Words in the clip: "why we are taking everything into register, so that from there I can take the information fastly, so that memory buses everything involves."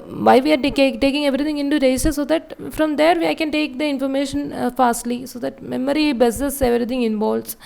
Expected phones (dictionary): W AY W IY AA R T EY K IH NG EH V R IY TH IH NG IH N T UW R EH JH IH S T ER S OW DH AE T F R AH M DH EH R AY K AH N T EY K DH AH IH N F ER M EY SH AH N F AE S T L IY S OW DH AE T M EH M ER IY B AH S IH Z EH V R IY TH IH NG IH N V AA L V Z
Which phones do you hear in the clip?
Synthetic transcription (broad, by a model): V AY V IY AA R T EY K IH NG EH V R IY T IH NG IH N T UW R EH IH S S S OW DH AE T F R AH M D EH R AY K AH N T EY K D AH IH N F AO M EY SH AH N F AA S T L IY S OW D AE T M EH M ER IY B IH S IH S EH V R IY T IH NG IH N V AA L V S